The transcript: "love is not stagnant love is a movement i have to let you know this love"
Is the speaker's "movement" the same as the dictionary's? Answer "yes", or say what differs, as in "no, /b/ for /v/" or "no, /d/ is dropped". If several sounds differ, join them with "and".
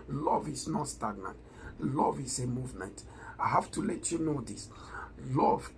yes